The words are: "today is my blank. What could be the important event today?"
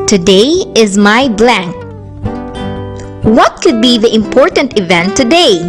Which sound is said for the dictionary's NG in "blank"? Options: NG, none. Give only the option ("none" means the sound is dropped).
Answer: NG